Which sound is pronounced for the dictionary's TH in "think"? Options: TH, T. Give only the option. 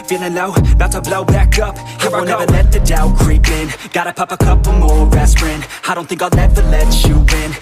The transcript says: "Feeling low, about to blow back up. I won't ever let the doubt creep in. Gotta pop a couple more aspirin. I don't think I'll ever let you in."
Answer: TH